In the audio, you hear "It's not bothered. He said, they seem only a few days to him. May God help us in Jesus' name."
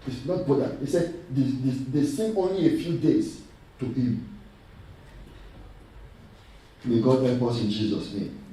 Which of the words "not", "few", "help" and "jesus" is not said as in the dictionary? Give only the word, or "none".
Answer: help